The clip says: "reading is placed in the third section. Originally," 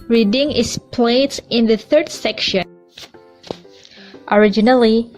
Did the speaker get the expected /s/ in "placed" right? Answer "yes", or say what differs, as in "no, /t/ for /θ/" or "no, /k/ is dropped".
no, /s/ is dropped